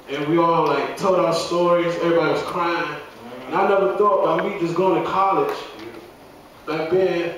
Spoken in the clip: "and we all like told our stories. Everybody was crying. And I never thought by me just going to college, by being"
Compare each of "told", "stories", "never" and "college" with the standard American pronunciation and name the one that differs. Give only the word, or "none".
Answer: none